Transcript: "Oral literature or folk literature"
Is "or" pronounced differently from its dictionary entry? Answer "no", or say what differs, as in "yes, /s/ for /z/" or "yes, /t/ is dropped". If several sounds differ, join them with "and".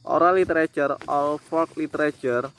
yes, /l/ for /ɹ/